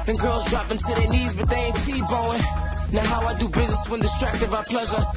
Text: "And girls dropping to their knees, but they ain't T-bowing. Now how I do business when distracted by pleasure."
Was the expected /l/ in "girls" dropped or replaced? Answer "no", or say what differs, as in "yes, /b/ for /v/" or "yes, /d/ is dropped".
no